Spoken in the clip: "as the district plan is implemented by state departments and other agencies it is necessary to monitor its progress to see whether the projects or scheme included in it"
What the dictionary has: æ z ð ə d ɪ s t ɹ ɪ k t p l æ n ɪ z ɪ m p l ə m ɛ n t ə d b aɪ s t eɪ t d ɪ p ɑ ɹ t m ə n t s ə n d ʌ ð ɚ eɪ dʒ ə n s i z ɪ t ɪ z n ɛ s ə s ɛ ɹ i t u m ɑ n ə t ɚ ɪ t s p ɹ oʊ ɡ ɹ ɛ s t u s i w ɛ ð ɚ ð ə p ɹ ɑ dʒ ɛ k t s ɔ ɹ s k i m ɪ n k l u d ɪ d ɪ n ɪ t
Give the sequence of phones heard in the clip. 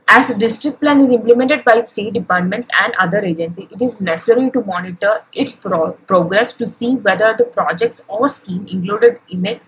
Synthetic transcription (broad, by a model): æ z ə d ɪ s t ɹ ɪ k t p l æ n ɪ z ɪ m p l ə m ɛ n t ə d b aɪ s t eɪ t d ɪ p ɑ ɹ t m ə n t s ə n d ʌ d ɚ eɪ dʒ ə n s i ɪ t ɪ z n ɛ s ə s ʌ ɹ i t u m ɑ n ə t ɚ ɪ t s p ɹ oʊ ɡ ɹ ɛ s t u s i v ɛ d ɚ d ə p ɹ ɑ dʒ ɛ k t s ɔ ɹ s k i m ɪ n k l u d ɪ d ɪ n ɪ t